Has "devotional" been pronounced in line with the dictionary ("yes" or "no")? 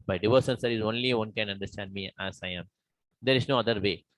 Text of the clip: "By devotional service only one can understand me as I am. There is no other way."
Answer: no